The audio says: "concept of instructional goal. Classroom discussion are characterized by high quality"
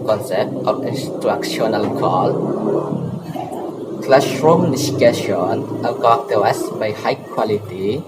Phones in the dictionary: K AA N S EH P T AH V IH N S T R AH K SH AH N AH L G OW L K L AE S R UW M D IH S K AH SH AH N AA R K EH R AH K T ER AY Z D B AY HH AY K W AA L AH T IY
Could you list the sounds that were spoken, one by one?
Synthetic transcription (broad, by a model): K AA N S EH P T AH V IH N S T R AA K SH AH N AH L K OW L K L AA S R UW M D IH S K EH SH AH N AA L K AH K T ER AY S B AY HH AY K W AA L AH T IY